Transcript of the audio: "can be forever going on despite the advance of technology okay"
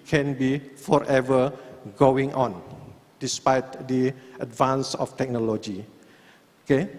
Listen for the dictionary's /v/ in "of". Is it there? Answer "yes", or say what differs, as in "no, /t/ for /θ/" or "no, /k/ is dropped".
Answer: no, /f/ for /v/